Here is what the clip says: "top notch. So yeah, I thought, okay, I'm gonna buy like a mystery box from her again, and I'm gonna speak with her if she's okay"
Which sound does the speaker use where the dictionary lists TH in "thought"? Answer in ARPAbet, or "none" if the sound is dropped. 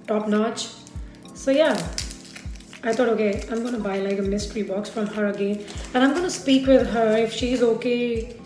T